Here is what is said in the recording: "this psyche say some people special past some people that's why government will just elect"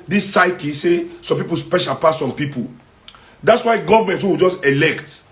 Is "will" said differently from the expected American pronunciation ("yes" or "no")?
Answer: yes